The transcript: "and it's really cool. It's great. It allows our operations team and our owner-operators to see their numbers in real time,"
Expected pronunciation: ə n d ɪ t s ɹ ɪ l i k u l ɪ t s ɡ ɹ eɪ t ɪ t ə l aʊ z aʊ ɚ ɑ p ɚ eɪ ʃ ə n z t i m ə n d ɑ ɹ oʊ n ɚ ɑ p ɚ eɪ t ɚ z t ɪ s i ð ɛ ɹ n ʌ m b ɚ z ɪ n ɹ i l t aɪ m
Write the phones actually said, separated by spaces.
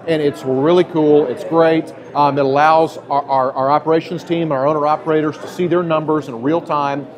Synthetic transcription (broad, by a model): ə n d ɪ t s ɹ ɪ l i k u l ɪ t s ɡ ɹ eɪ t ɪ t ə l aʊ z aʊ ɚ ɑ p ɚ eɪ ʃ ə n z t i m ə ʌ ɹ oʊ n ɚ ɑ p ɚ eɪ t ɚ z t ɪ s i ð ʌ ɹ n ʌ m b ɚ z ɪ n ɹ i l t aɪ m